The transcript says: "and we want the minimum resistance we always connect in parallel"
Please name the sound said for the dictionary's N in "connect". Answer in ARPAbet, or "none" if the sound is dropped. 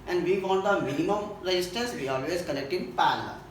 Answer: L